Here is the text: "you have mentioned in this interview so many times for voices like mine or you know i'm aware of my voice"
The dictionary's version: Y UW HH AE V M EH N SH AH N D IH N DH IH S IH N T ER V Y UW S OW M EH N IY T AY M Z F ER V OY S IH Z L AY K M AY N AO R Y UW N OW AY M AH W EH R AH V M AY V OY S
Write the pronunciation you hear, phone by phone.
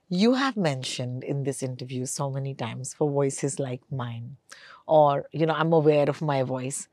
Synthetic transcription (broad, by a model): Y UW HH AE V M EH N SH AH N D IH N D IH S IH N T ER V Y UW S OW M EH N IY T AY M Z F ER V OY S IH Z L AY K M AY N AO R Y UW N OW AY M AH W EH R AH V M AY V OY S